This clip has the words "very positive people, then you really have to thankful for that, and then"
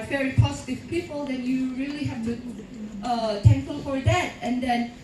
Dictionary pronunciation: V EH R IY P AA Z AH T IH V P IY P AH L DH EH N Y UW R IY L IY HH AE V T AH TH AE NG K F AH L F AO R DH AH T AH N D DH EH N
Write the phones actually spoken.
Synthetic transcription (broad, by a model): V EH R IY P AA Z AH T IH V P IY P AH L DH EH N Y UW R IY L IY HH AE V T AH T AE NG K AH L F AO R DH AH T AH N D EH N